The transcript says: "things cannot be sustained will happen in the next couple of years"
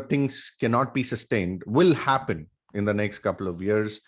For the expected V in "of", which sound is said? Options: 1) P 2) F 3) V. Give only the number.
3